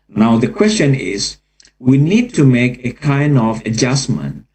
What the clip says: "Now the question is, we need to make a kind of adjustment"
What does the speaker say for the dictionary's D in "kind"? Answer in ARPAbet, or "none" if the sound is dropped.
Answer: D